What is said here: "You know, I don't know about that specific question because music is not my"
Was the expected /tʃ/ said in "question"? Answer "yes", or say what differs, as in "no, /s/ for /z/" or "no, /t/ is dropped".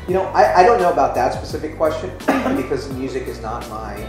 yes